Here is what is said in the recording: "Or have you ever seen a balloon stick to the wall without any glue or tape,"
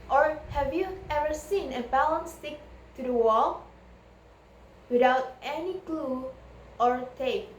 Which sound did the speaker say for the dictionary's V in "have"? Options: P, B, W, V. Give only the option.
V